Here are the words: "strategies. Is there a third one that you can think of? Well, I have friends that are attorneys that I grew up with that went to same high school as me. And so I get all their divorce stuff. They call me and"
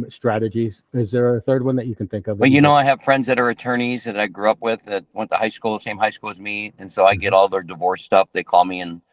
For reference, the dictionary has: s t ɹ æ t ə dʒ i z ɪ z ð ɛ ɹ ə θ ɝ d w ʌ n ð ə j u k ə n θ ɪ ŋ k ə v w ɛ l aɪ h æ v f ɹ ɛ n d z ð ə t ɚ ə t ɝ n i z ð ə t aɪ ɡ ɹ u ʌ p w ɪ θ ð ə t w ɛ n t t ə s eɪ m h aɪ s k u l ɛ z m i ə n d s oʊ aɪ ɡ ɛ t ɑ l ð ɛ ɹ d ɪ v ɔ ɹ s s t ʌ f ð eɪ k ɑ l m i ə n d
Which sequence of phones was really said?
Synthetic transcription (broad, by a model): s t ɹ æ t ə dʒ i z ɪ z ð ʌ ɹ ə θ ɝ d w ʌ n ð ə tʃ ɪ k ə n θ ɪ ŋ k ə v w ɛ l aɪ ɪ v f ɹ ɛ n d z ð ə t ɚ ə t ɝ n i z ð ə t aɪ ɡ ɹ u ʌ p w ɪ ð ə t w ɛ n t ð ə s eɪ m h aɪ s k u l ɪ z m i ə n s oʊ aɪ ɡ ɛ t ɑ l ð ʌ ɹ d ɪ v ɔ ɹ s s t ʌ f ð eɪ k ɑ l m i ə n